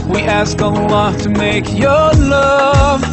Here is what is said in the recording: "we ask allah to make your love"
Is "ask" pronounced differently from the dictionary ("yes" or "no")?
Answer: no